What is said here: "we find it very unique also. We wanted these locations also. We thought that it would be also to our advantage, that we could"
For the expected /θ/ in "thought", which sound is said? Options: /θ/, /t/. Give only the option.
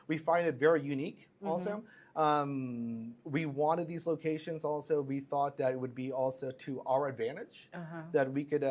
/θ/